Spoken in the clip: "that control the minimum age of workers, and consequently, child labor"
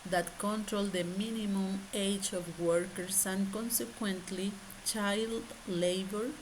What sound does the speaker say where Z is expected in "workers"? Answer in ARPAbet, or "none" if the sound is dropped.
S